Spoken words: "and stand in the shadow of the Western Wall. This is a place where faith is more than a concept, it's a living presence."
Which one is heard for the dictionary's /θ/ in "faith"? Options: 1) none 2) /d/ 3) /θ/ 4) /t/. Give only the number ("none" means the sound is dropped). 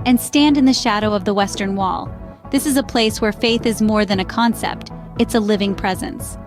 3